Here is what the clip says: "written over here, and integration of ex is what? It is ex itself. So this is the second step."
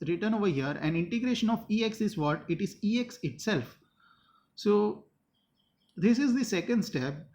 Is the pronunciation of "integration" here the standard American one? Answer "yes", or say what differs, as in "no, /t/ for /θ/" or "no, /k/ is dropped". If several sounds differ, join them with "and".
yes